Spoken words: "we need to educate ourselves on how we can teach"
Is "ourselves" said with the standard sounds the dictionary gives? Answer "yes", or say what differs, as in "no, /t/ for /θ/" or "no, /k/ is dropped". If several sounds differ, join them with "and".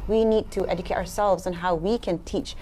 yes